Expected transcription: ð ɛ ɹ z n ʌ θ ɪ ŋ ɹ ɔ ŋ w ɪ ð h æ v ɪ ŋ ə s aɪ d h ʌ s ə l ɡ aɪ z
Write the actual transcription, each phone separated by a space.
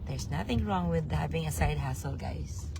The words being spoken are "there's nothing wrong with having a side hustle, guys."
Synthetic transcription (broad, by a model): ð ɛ ɹ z n ʌ θ ɪ ŋ ɹ ɔ ŋ w ɪ ð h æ b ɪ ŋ ə s aɪ d h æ s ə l ɡ aɪ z